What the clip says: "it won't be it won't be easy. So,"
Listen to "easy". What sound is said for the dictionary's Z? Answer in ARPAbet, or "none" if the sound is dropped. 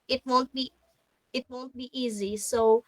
Z